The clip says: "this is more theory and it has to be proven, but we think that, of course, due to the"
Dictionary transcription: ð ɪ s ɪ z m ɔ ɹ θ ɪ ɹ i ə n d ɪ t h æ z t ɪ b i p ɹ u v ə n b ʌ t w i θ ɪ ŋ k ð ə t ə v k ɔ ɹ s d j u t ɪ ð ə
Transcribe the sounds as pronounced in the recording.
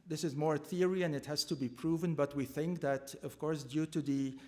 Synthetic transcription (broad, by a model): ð ɪ s ɪ z m ɔ ɹ θ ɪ ɹ i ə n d ɪ t h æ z t ɪ b i p ɹ u v ə n b ʌ t w i θ ɪ ŋ k ð ə t ə v k ɔ ɹ s d j u t ɪ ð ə